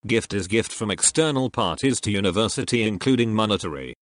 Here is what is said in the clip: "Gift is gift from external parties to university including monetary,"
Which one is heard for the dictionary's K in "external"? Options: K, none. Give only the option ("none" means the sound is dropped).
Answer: K